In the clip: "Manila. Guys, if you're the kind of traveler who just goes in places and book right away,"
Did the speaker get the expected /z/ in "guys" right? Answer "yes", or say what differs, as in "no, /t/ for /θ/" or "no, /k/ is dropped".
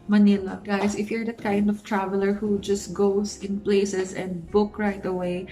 no, /s/ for /z/